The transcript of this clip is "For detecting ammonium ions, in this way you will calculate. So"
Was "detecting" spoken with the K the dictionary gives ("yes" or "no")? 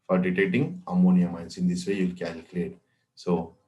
no